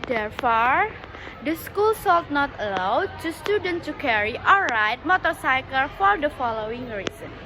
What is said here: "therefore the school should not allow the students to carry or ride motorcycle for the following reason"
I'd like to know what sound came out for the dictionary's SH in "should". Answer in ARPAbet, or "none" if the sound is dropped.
S